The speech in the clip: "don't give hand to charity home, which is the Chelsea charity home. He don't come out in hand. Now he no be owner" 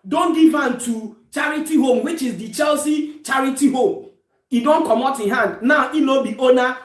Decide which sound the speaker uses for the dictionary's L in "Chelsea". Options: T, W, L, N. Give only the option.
L